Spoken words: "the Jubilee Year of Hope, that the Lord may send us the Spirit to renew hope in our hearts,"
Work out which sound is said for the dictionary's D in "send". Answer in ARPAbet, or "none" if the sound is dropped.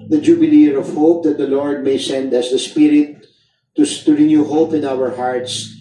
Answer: D